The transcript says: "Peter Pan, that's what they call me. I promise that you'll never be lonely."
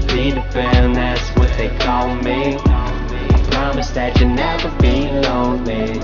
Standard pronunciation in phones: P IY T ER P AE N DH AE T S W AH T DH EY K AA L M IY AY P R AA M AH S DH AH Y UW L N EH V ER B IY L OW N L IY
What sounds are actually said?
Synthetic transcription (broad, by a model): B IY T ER B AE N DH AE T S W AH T DH EY K AA L M IY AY P R AA M AH S DH AH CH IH N EH V ER B IY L OW N L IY